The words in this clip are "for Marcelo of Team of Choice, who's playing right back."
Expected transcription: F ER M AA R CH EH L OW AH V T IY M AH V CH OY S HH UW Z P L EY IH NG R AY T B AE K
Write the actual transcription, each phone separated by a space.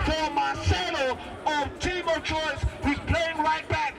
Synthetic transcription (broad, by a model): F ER M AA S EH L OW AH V T IY M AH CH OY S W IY P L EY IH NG R AY T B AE K